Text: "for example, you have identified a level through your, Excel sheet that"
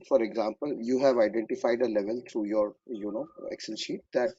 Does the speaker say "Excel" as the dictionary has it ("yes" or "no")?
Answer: no